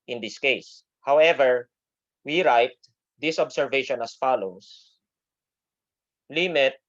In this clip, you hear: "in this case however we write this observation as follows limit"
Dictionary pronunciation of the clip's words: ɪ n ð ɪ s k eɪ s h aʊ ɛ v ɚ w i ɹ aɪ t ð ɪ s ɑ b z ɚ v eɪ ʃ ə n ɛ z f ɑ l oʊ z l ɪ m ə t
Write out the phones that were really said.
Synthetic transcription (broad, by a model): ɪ n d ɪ s k eɪ s h aʊ ɛ v ɚ w i ɹ aɪ t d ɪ s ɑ b s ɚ v eɪ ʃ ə n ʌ s f ɑ l oʊ s l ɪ m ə t